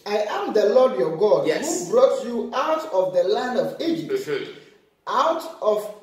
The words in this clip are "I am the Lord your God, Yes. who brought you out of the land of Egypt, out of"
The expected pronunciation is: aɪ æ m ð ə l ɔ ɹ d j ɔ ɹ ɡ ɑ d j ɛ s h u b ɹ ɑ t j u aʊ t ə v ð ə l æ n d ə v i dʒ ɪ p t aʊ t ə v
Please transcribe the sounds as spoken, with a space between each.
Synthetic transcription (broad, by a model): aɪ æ m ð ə l ɔ d j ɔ ɡ ɑ d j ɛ h u b ɹ ɑ t j u aʊ t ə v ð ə l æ n d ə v i dʒ ɪ p t aʊ t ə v